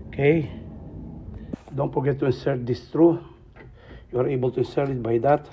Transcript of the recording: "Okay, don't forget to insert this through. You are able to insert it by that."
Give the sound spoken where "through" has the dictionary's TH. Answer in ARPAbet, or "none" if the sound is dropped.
T